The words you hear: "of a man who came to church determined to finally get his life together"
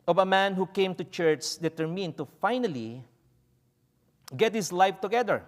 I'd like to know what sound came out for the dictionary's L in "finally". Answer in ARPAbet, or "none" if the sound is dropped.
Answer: L